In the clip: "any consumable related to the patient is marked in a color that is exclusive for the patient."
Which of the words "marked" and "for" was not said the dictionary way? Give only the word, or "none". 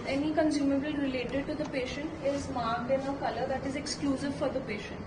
marked